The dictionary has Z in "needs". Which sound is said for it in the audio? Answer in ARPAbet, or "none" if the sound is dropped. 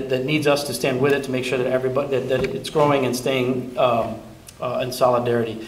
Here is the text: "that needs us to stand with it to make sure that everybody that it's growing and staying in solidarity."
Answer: Z